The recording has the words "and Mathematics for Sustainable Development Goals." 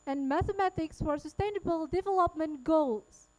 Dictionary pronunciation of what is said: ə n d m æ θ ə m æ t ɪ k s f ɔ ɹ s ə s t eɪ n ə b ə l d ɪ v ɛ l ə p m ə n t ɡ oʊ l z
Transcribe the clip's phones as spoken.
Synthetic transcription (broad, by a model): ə n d m æ θ ə m æ t ɪ k s f ɔ ɹ s ə s t eɪ n ə b ə l d ɪ v ɛ l ə p m ə n t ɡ oʊ l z